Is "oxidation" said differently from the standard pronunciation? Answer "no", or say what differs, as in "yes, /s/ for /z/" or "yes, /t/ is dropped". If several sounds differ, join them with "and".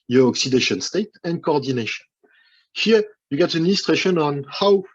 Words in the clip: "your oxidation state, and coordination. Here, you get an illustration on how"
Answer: no